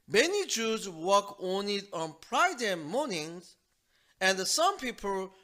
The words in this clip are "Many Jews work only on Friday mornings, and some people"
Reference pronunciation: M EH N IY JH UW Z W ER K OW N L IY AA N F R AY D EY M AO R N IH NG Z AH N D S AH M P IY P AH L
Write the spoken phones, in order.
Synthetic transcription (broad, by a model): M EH N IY JH UW Z W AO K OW N IY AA N P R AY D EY M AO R N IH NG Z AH N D S AH M P IY P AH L